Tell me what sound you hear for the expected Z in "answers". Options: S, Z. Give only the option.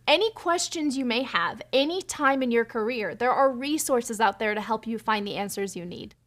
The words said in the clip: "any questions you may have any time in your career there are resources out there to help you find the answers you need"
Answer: Z